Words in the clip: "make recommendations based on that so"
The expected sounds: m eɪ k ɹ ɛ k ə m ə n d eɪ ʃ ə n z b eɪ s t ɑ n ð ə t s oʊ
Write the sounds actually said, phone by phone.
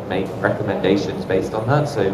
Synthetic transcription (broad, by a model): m eɪ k ɹ ɛ k ə m ə n d eɪ ʃ ə n z b eɪ s t n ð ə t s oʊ